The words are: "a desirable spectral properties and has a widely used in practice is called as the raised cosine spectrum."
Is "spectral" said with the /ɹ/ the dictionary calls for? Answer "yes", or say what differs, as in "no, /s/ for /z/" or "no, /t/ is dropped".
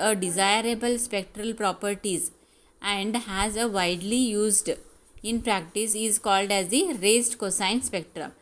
yes